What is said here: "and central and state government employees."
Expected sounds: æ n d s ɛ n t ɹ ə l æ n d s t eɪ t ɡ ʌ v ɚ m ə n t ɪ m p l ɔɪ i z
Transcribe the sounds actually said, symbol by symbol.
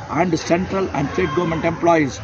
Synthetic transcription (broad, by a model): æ n d s ɛ n t ɹ ə l æ n d s t eɪ t ɡ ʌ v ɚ m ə n t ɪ m p l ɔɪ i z